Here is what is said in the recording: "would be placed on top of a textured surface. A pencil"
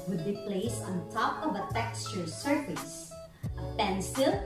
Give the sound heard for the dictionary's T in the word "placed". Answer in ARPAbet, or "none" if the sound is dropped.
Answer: none